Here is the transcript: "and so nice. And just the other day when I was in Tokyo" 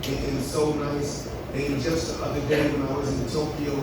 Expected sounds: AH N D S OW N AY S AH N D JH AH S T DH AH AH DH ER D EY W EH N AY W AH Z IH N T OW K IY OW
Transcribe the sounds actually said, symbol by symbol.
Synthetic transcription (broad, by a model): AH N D S OW N AY S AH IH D JH AH S T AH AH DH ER D EY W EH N AY W AH Z IH N T OW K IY OW